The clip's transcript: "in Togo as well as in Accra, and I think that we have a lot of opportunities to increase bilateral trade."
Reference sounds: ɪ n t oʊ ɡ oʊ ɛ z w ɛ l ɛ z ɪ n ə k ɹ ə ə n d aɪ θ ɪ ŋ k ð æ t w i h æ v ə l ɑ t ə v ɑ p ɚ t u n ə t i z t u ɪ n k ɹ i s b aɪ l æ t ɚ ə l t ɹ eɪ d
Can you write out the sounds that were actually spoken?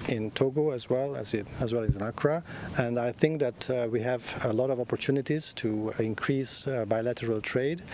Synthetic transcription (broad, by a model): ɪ n t oʊ ɡ oʊ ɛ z w ɛ l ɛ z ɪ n ə k ɹ ə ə n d aɪ θ ɪ ŋ k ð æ t w i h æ v ə l ɑ t ə v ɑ p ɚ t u n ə t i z t u ɪ n k ɹ i s b aɪ l æ t ɚ ə l t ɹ eɪ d